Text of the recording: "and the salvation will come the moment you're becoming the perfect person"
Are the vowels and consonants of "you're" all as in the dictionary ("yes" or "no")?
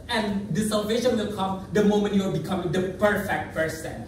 no